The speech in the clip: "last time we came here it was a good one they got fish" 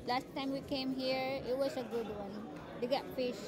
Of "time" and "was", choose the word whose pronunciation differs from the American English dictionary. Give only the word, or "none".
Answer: was